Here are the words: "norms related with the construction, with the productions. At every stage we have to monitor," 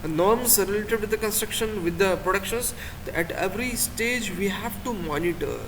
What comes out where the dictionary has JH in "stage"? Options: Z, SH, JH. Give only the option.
JH